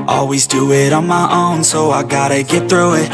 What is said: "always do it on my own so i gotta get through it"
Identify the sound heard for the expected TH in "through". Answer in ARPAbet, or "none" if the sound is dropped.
TH